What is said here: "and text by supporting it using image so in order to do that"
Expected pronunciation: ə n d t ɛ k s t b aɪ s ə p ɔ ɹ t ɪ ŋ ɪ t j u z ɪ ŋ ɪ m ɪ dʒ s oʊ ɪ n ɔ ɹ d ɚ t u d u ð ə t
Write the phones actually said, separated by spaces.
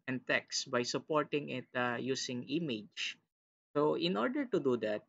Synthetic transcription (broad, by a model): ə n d t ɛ k s b aɪ s ə p ɔ ɹ t ɪ ŋ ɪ t j u s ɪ ŋ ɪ m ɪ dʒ s oʊ ɪ n ɔ ɹ d ɚ t u d u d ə t